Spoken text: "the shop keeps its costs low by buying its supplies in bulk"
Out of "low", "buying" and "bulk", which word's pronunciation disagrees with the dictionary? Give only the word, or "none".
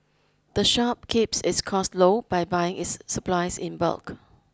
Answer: none